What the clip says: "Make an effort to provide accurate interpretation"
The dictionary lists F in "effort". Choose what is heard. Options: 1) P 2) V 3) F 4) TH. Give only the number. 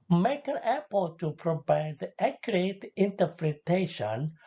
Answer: 1